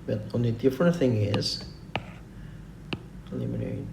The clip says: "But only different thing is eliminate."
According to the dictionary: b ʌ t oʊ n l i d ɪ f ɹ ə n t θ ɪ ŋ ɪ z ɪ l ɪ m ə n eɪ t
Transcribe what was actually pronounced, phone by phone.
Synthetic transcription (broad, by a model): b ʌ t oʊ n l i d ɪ f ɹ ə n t θ ɪ ŋ ɪ z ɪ l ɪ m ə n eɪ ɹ